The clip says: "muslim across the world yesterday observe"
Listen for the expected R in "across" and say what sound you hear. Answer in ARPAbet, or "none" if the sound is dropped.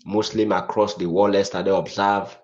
R